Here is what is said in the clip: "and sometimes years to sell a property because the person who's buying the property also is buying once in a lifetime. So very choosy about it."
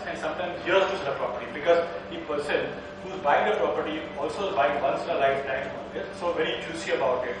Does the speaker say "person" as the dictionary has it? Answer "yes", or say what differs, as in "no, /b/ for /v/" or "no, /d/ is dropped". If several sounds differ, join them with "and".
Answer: yes